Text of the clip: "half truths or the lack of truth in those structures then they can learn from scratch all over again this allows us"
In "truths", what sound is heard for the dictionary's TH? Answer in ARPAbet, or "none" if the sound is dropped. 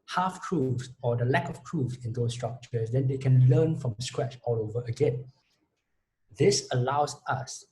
F